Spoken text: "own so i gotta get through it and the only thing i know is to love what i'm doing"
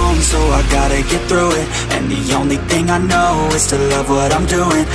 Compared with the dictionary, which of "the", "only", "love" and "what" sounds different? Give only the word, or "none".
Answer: none